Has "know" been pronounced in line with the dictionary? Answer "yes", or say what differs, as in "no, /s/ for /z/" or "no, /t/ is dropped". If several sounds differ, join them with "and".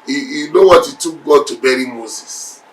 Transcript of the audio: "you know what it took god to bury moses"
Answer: no, /l/ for /n/